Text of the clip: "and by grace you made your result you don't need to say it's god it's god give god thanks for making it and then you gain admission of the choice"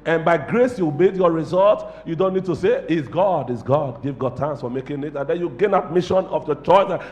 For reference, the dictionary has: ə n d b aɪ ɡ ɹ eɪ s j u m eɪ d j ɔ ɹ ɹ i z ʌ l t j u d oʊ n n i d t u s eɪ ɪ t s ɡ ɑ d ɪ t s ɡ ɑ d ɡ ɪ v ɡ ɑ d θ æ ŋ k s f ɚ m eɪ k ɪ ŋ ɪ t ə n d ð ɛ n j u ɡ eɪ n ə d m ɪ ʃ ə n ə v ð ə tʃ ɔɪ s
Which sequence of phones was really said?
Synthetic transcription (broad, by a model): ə n b aɪ ɡ ɹ eɪ s j u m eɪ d j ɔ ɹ ɹ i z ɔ l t j u d oʊ n n i d t u s eɪ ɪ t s ɡ ɑ d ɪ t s ɡ ɑ d ɡ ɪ v ɡ ɑ d t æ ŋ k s f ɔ m eɪ k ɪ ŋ ɪ t ə n d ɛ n j u ɡ eɪ n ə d m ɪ ʃ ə n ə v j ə tʃ ɔɪ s